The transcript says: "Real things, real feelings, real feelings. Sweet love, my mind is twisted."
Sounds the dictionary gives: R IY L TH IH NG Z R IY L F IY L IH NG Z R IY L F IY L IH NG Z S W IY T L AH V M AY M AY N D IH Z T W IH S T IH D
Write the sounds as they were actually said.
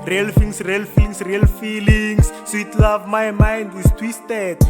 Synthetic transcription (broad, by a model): R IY L F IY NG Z R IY L F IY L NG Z R IY L F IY L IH NG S S W IY T L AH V M AY M AY N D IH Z T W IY S T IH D